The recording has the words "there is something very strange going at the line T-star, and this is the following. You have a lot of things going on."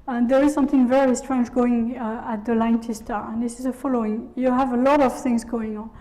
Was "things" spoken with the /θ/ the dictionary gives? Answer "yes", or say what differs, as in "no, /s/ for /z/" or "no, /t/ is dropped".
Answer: yes